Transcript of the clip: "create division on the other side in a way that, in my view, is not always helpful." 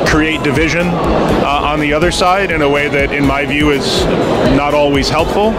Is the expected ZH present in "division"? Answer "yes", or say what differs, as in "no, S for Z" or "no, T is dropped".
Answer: yes